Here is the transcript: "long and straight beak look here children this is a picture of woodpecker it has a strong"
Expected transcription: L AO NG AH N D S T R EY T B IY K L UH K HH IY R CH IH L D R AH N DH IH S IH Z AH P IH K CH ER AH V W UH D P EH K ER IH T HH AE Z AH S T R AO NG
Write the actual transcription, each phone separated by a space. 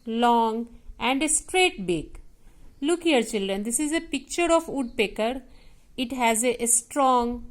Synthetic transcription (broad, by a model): L AO NG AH N D S T R EY T B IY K L UH K HH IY R CH IH L D R AH N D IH S IH Z AH P IH K CH ER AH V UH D P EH K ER IH T HH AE Z AH S T R AO NG